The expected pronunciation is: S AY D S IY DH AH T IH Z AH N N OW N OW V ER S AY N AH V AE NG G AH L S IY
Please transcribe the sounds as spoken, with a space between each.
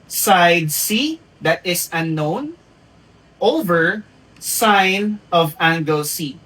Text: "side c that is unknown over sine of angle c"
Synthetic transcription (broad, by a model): S AY D S IY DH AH T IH S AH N N OW N OW V ER S AY N AH V AE NG G AH L S IY